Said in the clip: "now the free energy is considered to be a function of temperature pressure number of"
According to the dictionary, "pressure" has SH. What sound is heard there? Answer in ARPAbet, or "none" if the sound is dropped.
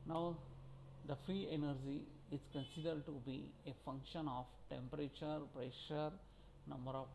SH